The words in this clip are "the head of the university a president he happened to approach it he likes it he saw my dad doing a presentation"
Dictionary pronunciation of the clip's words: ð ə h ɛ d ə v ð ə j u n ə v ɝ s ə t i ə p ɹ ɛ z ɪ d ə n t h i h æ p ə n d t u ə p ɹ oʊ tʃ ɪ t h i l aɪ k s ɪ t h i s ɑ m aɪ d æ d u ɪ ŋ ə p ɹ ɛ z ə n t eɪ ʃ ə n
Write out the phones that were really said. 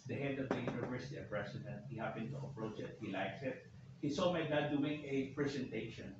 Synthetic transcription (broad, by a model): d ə h ɛ d ə v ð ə j u n ə v ɝ s ə t i ə p ɹ ɛ s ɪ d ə n t h i h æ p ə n t u ə p ɹ oʊ tʃ ɪ t h i l aɪ k s ɪ t h i s ɑ m aɪ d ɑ d u ɪ ŋ ə p ɹ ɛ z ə n t eɪ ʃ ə n